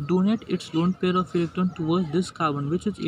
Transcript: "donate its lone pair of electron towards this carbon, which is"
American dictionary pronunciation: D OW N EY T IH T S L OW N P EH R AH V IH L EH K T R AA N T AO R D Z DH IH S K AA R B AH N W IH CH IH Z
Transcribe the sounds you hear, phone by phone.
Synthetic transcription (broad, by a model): D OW N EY T IH T S L OW N P EH R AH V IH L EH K T AA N T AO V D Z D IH S K AA R B AH N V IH CH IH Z